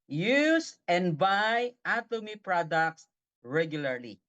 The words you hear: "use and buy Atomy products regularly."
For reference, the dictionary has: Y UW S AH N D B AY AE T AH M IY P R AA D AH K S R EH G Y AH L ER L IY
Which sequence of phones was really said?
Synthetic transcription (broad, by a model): Y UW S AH N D B AY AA T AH M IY P R AA D AH K S R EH G Y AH L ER L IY